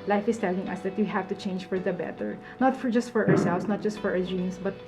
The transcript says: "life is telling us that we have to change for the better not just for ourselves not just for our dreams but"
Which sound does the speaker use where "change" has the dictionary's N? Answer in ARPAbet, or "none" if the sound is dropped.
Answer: N